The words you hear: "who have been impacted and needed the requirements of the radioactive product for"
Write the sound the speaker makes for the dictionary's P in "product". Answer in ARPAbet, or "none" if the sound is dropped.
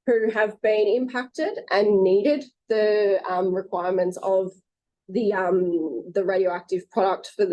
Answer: P